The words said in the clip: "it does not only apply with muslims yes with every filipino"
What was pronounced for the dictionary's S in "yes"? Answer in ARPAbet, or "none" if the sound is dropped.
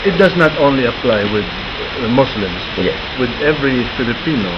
none